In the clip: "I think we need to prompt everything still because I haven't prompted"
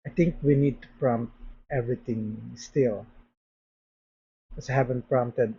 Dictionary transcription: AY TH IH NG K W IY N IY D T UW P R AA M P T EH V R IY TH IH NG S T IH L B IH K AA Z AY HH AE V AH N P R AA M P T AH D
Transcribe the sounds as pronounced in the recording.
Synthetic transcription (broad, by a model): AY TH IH NG K W IY N IY D T UW P R AA M P T EH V R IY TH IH NG S T IH L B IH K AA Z AY HH AE V AH N P R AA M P T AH D